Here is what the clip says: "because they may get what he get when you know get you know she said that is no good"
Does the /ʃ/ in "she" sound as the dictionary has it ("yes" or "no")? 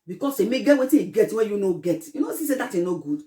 no